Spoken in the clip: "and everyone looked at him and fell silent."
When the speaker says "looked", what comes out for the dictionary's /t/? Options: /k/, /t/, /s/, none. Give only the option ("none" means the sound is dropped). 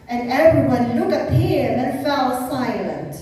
none